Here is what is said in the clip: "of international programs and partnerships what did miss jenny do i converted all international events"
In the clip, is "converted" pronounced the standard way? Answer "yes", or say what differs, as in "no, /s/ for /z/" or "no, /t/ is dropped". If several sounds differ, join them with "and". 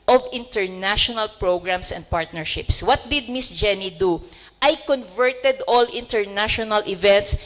yes